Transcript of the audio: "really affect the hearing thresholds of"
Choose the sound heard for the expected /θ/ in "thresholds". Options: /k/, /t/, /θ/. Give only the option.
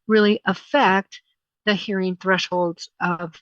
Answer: /θ/